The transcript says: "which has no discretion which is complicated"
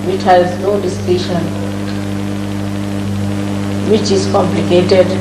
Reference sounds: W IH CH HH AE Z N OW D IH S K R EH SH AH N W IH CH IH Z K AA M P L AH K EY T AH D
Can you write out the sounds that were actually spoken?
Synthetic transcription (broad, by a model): W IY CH HH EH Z N OW D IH S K IY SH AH N W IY CH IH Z K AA M P L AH K EY T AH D